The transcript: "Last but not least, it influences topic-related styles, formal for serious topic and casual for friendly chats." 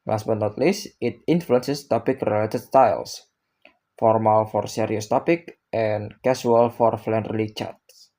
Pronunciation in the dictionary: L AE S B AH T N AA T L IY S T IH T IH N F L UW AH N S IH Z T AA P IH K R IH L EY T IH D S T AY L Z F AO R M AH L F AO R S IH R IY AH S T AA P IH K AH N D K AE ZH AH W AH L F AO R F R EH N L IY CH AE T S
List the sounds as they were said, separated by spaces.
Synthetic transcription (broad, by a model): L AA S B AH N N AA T L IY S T IH T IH N F L UW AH N S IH S T AA P IH K R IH L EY T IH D S T AY L S F AO R M AH L F AO R S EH R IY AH S T AA P IH K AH N K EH S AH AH L F AO R F L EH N L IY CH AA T S